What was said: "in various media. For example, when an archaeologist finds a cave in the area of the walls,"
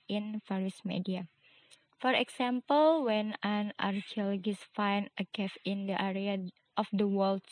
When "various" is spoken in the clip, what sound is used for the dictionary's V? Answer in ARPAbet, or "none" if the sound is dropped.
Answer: F